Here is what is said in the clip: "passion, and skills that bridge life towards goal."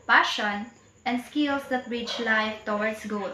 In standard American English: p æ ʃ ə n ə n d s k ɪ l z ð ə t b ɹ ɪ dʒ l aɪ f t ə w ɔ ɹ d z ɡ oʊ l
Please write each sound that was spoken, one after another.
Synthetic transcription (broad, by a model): p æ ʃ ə n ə n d s k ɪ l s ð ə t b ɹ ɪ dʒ l aɪ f t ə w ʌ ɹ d s ɡ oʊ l